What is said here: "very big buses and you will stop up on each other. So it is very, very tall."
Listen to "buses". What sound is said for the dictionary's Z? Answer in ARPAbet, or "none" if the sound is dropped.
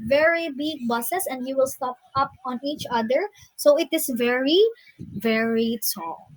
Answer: S